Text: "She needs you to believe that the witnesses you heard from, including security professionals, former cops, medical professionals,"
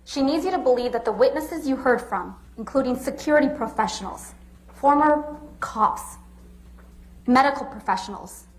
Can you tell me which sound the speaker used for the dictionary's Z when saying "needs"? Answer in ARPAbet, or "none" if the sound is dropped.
Z